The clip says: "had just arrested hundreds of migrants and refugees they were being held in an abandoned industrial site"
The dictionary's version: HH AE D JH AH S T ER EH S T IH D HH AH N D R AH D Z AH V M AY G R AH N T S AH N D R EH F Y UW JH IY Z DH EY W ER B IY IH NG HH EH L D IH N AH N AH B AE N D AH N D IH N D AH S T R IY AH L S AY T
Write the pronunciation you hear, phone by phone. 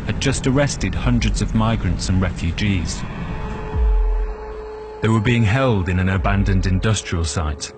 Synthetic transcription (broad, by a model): HH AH D JH AH S T ER EH S T IH D HH AH N D R AH D Z AH V M AY G R AH N T S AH N R EH F Y UW JH IY Z DH EY W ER B IY IH NG HH EH L D IH N AH N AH B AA N D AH N D IH N D AH S T R IY AH L S AY T